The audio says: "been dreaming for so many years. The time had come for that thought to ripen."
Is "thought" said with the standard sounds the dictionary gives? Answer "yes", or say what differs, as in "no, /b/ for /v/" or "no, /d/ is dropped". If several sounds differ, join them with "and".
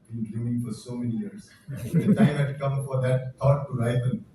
no, /t/ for /θ/